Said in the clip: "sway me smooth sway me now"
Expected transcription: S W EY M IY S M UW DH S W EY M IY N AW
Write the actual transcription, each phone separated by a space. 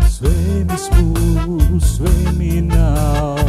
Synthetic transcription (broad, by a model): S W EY M IY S UW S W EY M IY N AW